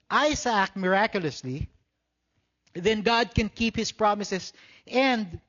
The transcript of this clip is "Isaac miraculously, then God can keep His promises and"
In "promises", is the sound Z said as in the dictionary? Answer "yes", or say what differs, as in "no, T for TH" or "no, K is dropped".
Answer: no, S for Z